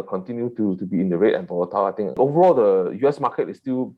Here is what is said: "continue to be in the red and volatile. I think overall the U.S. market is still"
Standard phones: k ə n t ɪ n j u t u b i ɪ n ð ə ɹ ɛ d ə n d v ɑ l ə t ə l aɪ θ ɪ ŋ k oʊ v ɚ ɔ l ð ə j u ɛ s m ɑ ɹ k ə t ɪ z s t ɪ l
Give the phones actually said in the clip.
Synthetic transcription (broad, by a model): k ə n t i n j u t u b i ɪ n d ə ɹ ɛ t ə n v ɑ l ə t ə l aɪ t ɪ ŋ oʊ v ɚ ɔ l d ə j u ɛ s m ɑ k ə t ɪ s t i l